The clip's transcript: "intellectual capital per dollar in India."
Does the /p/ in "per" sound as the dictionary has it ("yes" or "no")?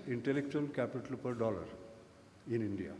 yes